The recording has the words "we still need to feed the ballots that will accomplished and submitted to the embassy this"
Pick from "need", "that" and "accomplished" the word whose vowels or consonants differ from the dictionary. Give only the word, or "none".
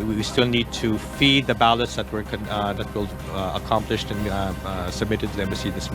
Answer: none